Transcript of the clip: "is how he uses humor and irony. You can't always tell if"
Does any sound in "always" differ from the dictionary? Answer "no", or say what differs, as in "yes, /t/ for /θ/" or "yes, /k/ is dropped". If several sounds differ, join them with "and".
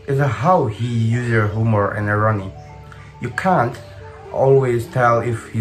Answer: no